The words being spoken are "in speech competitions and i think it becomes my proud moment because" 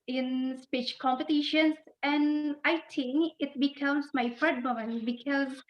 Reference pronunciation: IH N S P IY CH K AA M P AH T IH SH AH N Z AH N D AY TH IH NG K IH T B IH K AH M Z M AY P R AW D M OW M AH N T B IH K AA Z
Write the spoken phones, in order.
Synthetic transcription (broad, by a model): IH N S P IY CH K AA M P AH T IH SH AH N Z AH N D AY T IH NG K IH T B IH K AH M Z M AY F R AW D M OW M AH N B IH K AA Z